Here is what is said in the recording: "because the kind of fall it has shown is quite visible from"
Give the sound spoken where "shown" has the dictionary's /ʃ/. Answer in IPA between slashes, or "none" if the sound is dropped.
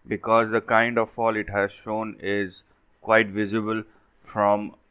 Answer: /ʃ/